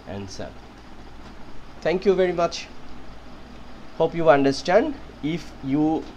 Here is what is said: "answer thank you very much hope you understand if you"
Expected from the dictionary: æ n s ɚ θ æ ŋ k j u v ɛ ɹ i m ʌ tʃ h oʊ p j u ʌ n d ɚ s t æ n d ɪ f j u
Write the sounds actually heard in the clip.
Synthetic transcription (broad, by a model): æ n s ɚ t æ ŋ k j u v ɛ ɹ i m ʌ tʃ h oʊ p j u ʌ n d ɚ s t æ n d ɪ f j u